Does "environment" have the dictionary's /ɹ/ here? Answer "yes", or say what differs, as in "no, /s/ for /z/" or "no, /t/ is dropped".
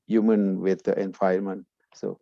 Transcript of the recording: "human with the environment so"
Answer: no, /ɹ/ is dropped